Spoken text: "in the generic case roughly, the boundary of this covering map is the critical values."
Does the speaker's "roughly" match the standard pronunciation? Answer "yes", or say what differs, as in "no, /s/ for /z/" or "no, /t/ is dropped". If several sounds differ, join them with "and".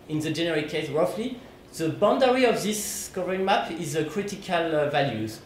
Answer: yes